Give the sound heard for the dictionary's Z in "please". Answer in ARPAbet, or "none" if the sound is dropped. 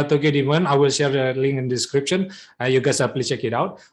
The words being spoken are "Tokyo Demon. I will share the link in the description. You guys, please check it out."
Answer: none